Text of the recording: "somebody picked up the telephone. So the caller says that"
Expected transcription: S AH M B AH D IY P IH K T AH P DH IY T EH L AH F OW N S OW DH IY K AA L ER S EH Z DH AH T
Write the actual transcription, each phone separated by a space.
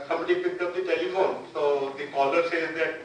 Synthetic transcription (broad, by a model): S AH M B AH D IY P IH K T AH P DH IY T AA AH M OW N S OW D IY K AA L ER S EH Z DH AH T